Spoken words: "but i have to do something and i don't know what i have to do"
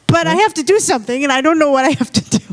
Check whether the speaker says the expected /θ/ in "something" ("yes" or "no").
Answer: yes